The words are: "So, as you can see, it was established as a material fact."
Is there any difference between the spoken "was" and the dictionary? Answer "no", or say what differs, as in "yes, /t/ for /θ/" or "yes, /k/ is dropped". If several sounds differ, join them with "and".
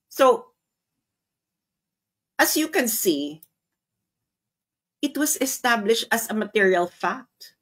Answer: yes, /s/ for /z/